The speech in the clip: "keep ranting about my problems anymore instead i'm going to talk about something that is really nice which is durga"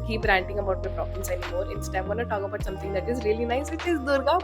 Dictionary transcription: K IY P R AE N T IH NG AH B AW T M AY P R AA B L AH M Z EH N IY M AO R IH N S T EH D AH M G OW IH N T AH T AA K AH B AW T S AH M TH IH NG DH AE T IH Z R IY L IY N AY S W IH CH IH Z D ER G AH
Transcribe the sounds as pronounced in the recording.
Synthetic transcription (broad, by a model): K IY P R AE N T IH NG AH B AW T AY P R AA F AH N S EH N IY M AO R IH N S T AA AH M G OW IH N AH T AA K AH B AW T S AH M T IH NG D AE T IH Z R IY L IY N AY S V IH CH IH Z D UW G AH